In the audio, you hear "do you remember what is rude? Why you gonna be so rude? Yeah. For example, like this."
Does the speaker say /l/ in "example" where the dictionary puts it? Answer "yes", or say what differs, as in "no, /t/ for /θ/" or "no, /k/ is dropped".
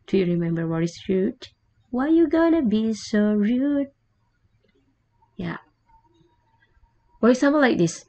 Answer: no, /n/ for /l/